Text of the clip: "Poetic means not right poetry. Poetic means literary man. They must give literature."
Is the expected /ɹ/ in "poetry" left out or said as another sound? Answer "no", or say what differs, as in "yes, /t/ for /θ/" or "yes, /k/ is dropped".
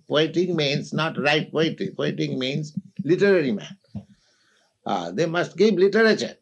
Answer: yes, /ɹ/ is dropped